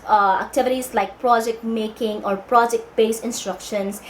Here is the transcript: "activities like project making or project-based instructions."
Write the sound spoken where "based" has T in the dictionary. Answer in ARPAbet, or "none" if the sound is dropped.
none